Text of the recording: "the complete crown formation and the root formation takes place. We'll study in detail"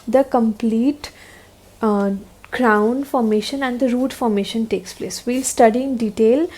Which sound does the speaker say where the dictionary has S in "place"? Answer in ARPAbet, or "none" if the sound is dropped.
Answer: S